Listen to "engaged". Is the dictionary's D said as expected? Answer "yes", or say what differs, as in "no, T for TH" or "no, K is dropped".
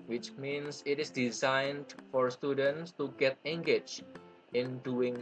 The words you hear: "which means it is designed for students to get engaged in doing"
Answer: no, D is dropped